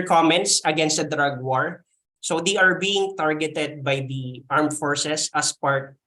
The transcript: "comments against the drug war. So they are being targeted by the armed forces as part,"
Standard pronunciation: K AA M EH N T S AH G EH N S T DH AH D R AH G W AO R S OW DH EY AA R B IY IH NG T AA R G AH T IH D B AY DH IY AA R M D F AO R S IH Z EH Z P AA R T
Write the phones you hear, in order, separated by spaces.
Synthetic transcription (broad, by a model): K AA M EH N T S AH G EH N S T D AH D R AH G W AO R S OW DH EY AA R B IY IH NG T AA R G AH T IH D B AY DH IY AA R M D F AO R S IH S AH S P AA R T